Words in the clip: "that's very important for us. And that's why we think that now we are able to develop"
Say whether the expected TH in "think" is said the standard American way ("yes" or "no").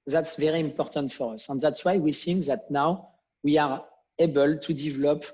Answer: no